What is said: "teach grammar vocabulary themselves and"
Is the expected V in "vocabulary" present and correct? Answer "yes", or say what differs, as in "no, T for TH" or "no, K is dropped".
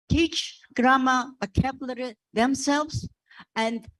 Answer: no, B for V